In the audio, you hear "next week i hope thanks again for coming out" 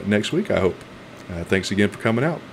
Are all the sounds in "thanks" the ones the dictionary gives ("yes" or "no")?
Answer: yes